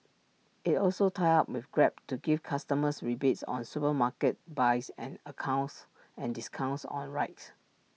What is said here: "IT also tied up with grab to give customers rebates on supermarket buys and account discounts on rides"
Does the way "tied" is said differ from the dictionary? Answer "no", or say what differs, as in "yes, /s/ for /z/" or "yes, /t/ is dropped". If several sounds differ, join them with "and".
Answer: yes, /d/ is dropped